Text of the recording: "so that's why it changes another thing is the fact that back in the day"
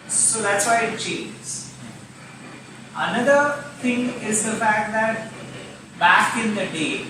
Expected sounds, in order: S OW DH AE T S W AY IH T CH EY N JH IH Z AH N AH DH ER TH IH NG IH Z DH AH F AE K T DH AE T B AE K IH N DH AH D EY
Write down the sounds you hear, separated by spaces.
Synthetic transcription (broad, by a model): S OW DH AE T S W AY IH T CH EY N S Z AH N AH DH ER T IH NG IH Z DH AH F AE K T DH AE T B AE K IH N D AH D EY